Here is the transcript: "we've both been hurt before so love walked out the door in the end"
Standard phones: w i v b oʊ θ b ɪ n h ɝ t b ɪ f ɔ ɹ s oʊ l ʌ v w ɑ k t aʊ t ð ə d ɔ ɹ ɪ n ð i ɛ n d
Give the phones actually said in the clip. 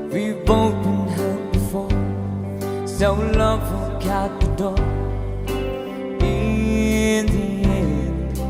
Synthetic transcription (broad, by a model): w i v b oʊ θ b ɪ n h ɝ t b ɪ f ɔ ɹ s oʊ l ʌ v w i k aʊ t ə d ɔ ɪ n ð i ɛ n